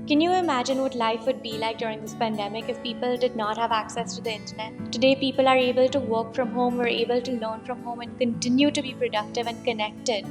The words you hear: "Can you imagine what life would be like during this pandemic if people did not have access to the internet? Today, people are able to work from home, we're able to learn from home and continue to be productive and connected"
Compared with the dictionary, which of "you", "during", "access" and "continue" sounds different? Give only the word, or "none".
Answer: none